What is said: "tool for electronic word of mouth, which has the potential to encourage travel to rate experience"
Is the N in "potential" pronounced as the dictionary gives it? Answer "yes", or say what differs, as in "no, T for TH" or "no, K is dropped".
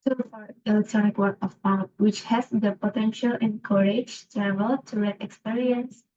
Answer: yes